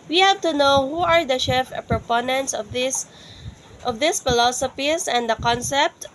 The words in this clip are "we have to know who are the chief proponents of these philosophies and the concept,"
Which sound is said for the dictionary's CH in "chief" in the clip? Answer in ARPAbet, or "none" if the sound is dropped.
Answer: SH